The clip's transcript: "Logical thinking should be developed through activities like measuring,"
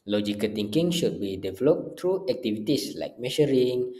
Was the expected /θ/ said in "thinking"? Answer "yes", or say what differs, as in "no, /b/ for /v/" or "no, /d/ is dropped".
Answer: no, /t/ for /θ/